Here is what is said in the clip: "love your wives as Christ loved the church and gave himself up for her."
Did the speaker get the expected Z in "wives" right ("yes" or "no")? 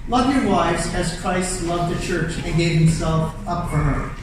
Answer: yes